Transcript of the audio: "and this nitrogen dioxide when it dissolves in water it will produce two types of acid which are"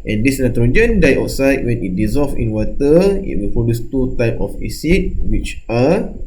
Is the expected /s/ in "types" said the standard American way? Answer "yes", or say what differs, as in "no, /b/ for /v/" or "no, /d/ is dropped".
no, /s/ is dropped